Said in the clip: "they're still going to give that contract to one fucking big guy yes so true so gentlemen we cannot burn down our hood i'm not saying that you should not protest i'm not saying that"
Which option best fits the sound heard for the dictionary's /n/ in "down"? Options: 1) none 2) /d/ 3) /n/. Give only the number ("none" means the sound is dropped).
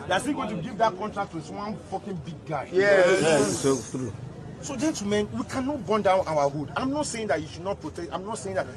3